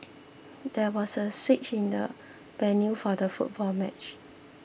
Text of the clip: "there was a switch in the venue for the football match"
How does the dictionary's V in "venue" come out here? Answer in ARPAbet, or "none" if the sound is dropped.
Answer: B